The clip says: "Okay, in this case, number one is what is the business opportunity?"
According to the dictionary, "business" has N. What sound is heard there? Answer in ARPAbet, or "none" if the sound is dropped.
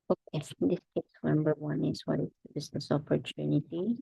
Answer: N